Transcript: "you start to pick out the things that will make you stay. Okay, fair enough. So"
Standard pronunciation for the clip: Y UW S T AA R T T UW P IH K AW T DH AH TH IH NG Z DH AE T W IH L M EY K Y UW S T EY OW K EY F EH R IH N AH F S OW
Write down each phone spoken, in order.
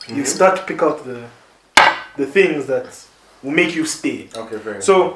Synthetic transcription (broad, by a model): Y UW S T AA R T T UW P IH K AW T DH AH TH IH NG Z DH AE T W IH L M EY K Y UW S T EY OW K EY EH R S OW